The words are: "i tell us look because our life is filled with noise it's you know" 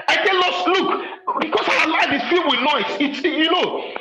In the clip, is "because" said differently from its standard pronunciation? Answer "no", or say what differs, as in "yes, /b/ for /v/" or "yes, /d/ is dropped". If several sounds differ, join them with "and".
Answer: yes, /s/ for /z/